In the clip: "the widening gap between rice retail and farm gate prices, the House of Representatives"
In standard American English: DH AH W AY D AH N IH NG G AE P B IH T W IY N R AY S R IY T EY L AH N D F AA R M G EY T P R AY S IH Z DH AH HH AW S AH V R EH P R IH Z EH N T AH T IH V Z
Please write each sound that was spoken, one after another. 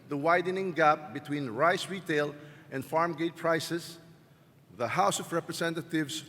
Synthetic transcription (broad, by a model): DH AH W AY D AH N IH NG G AE P B IH T W IY N R AY S R IY T EY L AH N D F AA R M G EY T P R AY S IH S DH AH HH AW S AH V R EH P R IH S EH N T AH T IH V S